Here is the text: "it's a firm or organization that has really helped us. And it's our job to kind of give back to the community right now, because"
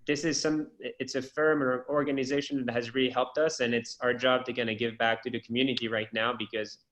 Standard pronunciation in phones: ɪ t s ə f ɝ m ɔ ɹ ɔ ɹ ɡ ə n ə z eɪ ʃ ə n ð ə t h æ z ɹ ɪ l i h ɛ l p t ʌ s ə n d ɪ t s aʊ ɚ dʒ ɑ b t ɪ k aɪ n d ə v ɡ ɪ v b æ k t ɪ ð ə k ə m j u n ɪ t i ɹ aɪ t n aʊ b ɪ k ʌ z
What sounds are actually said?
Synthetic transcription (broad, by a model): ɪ t s ə f ɝ m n ɔ ɹ ɡ ə n ə z eɪ ʃ ə n ð ə t h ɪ z ɹ ɪ l i h ɛ l p t ʌ s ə n ɪ t s aʊ ɚ dʒ ɑ b t ɪ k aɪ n ə ɡ ɪ v b æ k t ɪ ð ə k m j u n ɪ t i ɹ aɪ t n aʊ b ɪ k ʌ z